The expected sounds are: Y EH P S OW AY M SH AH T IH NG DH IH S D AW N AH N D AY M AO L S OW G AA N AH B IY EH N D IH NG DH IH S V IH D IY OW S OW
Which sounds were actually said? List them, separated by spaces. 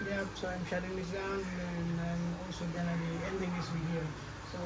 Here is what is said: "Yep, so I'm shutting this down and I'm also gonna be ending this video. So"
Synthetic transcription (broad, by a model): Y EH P S OW AY M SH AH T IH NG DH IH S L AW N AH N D AY M AO L S OW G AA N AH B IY EH N D IH NG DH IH S W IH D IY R S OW